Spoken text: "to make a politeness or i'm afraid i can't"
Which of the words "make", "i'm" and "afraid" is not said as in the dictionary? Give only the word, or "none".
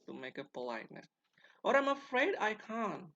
none